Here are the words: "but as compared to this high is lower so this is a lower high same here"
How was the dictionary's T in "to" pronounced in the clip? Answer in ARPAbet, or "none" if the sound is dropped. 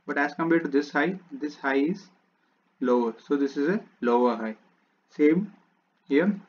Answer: S